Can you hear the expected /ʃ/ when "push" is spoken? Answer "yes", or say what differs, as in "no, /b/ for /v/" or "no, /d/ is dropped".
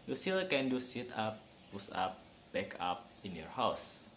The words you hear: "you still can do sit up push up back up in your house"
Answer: no, /s/ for /ʃ/